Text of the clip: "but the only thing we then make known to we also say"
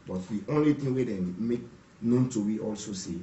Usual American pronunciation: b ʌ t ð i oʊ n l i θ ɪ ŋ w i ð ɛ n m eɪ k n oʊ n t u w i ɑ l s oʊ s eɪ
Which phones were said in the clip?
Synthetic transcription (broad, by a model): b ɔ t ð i oʊ n l i t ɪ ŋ w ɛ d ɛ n m eɪ k n oʊ n t u w i ɑ l s oʊ s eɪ